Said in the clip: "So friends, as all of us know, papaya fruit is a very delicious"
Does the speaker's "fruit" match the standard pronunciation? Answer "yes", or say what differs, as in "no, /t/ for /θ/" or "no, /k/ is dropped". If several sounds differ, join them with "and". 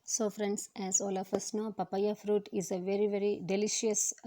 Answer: yes